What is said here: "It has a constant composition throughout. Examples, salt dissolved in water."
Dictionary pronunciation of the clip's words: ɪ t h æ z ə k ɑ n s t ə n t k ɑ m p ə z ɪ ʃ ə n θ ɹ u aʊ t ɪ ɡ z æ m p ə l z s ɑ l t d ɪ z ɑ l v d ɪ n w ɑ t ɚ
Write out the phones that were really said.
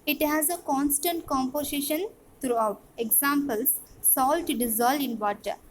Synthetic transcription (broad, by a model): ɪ t h æ z ə k ɑ n s t ə n t k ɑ m p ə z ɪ ʃ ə n t ɹ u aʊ t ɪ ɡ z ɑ m p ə l s ɑ l t d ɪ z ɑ l d ɪ n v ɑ t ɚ